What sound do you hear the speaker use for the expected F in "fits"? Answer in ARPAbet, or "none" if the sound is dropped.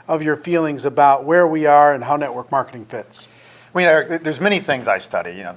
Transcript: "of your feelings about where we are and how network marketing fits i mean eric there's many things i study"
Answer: F